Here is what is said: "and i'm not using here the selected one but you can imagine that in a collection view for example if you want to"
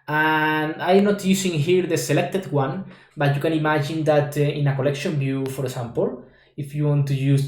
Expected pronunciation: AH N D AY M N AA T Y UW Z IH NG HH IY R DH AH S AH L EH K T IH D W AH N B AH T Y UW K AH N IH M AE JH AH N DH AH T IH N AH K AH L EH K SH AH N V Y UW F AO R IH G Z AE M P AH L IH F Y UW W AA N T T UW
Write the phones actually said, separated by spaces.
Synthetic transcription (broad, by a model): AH N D AY M N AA T Y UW S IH NG HH IY R DH AH S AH L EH K T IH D W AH N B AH T Y UW K AH N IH M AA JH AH N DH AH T IH N AH K AH L EH K SH AH N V Y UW F AO R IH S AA M P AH L IH F Y UW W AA N T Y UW